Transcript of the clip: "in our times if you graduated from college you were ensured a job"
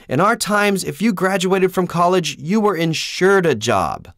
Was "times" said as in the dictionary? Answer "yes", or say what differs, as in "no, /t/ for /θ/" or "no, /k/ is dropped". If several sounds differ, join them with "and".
yes